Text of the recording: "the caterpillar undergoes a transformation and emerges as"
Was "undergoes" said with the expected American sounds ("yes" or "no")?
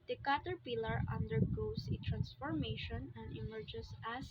no